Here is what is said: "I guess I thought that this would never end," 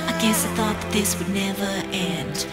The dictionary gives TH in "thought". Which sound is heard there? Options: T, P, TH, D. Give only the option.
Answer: TH